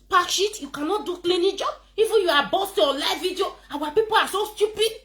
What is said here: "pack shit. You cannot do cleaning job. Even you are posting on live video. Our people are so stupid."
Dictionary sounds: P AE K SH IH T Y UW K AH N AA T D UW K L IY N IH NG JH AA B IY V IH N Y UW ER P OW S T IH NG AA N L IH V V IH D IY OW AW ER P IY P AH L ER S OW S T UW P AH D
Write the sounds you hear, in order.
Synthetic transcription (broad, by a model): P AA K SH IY T Y UW K AH N AA T D UW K L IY N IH JH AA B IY F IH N Y UW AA B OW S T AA L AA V V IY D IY OW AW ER P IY P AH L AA S OW S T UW P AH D